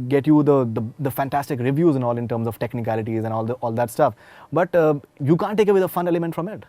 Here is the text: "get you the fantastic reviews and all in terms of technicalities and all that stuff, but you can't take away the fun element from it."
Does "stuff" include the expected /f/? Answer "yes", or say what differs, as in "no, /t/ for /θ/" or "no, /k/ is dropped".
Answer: yes